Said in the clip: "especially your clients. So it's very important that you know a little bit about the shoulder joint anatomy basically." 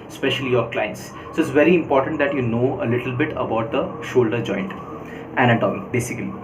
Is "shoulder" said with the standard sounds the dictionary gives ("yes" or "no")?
yes